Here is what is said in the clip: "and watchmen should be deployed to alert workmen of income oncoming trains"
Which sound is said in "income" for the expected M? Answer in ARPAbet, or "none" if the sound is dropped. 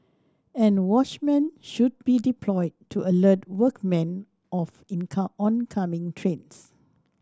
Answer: none